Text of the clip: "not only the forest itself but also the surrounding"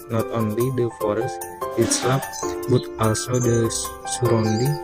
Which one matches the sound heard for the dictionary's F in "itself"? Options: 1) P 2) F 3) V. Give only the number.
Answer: 1